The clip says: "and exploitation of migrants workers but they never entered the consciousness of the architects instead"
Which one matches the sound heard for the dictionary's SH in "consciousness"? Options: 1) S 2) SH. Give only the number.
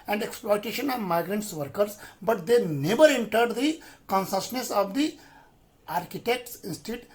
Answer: 1